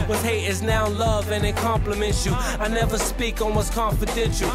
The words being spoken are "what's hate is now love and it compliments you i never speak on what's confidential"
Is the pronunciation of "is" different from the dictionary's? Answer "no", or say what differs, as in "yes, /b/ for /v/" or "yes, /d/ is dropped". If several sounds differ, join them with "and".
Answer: no